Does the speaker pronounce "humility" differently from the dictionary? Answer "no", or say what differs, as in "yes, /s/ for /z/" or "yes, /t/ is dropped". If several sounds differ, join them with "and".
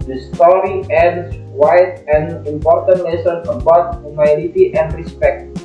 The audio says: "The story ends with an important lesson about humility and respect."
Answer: yes, /n/ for /l/